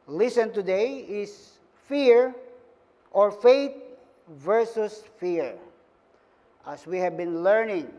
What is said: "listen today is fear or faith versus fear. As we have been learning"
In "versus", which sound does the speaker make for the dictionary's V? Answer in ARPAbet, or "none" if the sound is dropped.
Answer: V